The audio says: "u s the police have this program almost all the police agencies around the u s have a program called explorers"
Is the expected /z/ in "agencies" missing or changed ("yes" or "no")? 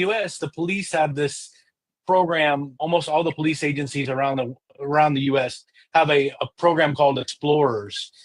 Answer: no